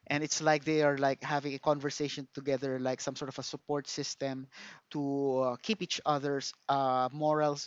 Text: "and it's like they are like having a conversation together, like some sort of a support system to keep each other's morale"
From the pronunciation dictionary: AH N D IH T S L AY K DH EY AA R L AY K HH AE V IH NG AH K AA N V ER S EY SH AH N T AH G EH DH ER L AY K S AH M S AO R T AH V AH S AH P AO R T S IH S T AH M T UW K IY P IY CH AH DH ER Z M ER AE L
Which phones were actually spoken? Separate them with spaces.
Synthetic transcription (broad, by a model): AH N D IH T S L AY K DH EY AA R L AY K HH AE V IH NG AH K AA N V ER S EY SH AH N T AH G EH DH ER L AY K S AH M S AO R T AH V AH S AH P AO R T S IH S T AH M T UW K IY P IY CH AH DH ER S M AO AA L